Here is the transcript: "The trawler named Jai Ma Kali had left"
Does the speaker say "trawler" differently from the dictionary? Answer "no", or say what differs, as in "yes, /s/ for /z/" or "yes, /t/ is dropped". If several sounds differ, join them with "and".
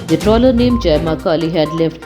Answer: no